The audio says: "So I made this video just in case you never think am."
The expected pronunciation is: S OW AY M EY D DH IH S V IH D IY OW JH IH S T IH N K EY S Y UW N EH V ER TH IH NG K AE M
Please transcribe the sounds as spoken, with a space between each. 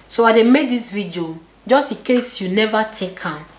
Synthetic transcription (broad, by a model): S OW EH M EY D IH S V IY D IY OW JH IH S T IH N K EY S Y UW N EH V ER T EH K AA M